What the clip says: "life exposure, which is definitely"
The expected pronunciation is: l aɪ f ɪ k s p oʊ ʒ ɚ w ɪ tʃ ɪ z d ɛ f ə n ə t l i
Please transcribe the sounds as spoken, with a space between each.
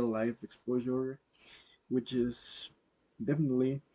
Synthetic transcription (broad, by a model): l aɪ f ɪ k s p oʊ ʒ ɚ w ɪ tʃ ɪ z d ɛ f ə n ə t l i